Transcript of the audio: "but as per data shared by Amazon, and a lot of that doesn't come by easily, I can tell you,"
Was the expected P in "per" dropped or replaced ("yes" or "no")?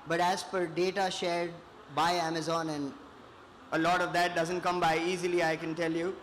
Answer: yes